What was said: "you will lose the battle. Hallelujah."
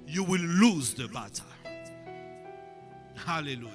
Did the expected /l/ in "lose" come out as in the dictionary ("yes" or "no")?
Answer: yes